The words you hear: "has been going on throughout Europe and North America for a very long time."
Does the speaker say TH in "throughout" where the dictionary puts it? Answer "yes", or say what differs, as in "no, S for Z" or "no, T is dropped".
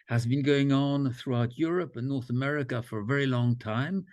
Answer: yes